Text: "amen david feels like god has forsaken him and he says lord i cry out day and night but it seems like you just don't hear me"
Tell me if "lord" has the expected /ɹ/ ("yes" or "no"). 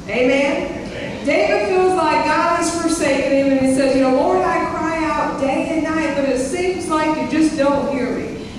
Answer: no